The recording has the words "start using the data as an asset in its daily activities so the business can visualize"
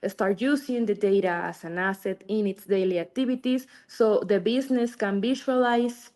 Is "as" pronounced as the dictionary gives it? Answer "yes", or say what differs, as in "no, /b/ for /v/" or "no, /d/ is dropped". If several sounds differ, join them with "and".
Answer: no, /s/ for /z/